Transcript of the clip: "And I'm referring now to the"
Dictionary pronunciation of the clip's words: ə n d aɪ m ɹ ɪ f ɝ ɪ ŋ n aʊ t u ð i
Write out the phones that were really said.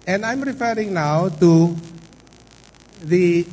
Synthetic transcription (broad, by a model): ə n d aɪ m ɹ ɪ f ɝ ɪ ŋ n aʊ t u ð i